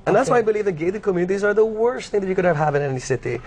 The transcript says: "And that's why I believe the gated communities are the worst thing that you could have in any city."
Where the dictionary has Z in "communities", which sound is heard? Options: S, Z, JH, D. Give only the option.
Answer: Z